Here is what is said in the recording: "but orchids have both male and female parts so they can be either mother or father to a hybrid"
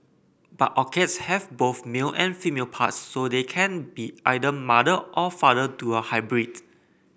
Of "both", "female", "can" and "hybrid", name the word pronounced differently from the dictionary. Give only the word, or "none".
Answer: none